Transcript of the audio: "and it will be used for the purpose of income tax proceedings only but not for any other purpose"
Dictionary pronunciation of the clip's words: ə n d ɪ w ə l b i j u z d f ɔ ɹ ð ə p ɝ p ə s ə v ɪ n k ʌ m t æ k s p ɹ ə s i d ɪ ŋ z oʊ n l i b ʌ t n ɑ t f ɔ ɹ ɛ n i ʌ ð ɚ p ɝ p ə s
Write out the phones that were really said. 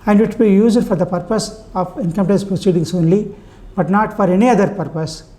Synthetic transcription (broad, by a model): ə n d ɪ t b i j u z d f ɔ ɹ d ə p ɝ p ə s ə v ɪ n k ʌ m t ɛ s p ɹ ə s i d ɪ ŋ s oʊ n l i b ʌ t n ɑ t f ɔ ɹ ɛ n i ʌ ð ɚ p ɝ p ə s